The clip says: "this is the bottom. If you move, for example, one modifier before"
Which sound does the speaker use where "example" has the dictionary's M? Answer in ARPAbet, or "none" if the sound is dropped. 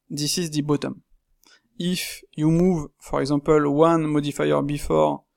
none